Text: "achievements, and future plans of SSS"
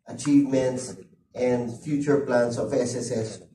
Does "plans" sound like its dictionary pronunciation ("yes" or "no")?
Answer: no